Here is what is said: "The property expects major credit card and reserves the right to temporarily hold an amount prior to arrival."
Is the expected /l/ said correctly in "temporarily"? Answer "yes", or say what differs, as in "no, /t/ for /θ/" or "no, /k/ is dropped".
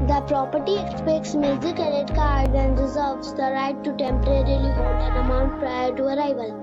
yes